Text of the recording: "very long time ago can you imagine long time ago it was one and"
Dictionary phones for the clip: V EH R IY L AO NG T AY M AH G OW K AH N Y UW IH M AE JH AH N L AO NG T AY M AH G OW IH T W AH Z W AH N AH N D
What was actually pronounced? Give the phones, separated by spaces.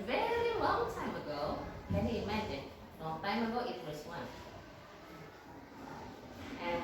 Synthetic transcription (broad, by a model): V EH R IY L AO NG T AY M AH G OW K AH N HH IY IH M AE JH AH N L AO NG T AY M AH G OW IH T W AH S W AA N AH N